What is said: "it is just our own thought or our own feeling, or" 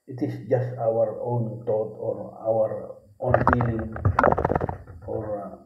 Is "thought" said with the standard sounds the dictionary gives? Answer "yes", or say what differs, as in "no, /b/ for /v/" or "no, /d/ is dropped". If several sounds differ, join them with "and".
no, /t/ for /θ/